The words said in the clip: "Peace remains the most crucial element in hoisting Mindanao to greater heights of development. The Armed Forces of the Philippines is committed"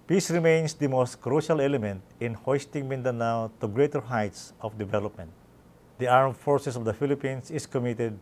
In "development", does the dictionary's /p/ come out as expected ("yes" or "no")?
yes